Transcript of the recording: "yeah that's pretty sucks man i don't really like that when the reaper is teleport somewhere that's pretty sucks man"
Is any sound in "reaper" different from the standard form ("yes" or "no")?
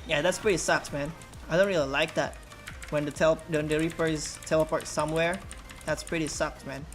yes